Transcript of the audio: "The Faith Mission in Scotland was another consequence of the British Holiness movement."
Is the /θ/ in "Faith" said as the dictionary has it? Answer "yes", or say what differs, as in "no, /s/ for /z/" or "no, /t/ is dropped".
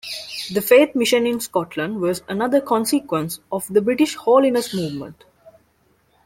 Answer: no, /t/ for /θ/